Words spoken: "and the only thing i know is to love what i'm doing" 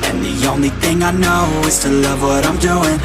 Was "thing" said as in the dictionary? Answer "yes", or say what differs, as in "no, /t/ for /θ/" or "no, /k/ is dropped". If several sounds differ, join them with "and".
yes